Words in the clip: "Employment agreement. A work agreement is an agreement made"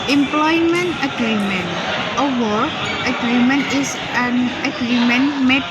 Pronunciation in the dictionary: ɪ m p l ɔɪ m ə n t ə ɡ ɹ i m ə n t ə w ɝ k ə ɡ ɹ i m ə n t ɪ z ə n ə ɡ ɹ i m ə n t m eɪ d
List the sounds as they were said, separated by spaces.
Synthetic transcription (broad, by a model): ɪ m p l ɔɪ m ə n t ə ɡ ɹ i m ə n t ə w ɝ ə ɡ ɹ i m ə n t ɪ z ə n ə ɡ ɹ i m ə n m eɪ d